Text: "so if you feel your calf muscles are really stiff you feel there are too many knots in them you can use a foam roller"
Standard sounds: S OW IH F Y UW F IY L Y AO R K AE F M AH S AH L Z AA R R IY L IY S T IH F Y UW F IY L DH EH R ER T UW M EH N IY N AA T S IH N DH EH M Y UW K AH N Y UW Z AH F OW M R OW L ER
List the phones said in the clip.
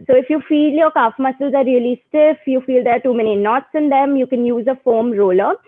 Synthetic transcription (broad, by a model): S OW IH F Y UW F IY L Y AO R K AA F M AH S AH L Z AA R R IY L IY S T IH F Y UW F IY L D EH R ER T UW M EH N IY N AA T S IH N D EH M Y UW K AH N Y UW Z AH F OW M R OW L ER